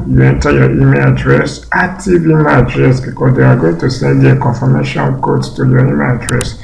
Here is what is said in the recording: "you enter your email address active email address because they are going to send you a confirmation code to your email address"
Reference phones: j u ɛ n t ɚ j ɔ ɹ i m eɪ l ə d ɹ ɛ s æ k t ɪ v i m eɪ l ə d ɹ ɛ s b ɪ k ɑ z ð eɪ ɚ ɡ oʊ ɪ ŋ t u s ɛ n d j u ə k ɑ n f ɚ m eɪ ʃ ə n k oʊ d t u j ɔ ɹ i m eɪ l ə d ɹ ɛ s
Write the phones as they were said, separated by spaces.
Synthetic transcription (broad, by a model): j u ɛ n t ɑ j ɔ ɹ i m eɪ l ə d ɹ ɛ s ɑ t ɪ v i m ə d ɹ ɛ s b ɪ k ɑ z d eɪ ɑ ɡ oʊ ɪ ŋ t u s ɛ n d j ə k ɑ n f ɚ m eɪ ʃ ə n k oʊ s t u j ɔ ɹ i m eɪ l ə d ɹ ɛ s